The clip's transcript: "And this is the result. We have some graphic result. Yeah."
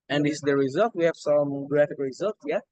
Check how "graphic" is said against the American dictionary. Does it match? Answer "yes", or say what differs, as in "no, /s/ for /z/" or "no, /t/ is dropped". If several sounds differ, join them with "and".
yes